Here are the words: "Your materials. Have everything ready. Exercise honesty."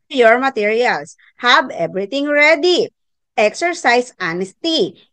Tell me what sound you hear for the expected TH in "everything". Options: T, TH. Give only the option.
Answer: T